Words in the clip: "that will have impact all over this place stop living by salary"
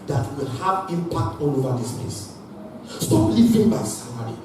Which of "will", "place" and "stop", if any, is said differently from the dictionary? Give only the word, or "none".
place